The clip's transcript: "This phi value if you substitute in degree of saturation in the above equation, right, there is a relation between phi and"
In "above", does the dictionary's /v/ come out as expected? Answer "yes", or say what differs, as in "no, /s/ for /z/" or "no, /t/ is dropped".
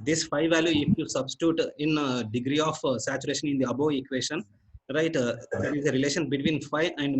no, /v/ is dropped